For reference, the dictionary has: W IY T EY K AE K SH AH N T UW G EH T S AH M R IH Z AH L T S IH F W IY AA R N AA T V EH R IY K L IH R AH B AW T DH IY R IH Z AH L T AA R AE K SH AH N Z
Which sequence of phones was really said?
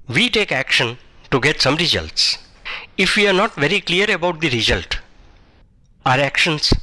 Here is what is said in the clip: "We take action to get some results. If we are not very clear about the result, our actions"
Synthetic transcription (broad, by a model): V IY T EY K AE K SH AH N T UW G EH T S AH M R IH Z AH L T S IH F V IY AA R N AA T V EH R IY K L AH R AH B AW T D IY R IH Z AH L T AA R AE K SH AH N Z